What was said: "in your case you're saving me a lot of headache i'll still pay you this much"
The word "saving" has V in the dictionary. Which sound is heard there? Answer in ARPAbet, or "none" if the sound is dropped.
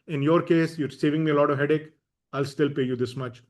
V